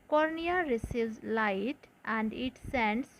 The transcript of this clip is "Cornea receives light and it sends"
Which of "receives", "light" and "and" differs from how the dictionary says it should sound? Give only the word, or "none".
receives